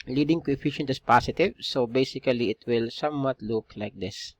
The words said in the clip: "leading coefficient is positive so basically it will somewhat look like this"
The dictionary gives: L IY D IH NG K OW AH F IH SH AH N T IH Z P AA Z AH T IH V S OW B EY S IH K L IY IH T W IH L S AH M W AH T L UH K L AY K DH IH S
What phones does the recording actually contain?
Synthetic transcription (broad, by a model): L IY D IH NG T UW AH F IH SH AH N T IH S P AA S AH T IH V S OW B EY S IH K L IY IH T W IH L S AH M W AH T L UH K L AY K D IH S